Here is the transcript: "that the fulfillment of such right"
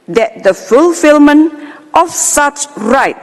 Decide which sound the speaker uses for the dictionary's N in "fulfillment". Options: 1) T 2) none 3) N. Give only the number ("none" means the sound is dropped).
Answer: 3